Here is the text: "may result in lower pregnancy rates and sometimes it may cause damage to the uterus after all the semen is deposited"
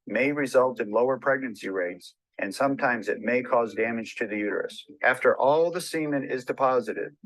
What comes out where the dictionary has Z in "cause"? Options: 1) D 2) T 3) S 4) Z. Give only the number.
4